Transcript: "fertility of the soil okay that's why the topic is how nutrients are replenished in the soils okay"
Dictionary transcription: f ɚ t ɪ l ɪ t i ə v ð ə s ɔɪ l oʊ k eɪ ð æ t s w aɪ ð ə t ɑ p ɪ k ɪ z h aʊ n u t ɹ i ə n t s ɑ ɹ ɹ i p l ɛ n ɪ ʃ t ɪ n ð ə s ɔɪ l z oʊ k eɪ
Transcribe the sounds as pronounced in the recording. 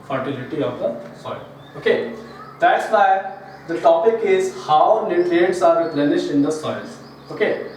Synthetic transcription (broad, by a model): f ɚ t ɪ l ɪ t i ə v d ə s ɔɪ l oʊ k eɪ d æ t s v aɪ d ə t ɑ p ɪ k ɪ z h aʊ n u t i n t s ɑ ɹ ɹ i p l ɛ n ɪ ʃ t ɪ n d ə s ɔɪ l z oʊ k eɪ